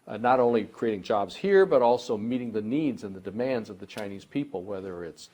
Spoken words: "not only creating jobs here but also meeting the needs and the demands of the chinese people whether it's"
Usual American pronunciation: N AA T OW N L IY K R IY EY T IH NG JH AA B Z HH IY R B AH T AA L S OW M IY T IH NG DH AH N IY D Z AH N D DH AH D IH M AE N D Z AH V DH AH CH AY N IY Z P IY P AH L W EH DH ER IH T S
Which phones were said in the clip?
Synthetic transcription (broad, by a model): N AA T OW N L IY K R IY EY T IH NG JH AA B Z HH IY R B AH T AA L S OW M IY T IH NG DH AH N IY D Z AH N DH AH D IH M AE N D Z AH V DH AH CH AY N IY Z P IY P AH L W EH DH ER IH T S